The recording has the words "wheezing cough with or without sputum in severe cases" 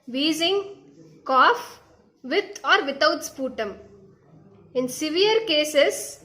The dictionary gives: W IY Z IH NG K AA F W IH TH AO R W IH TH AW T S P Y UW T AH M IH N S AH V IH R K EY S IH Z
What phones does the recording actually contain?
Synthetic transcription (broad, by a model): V IY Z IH NG K AA F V IH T AO R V IH T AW T S P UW T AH M IH N S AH V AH R K EY S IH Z